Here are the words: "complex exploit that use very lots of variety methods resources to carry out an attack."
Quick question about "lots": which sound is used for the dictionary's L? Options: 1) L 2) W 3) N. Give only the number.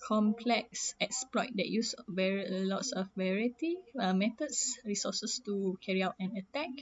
1